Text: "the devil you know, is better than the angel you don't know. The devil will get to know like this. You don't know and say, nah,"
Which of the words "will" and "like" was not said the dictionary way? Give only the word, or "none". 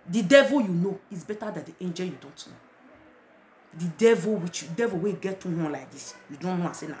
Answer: will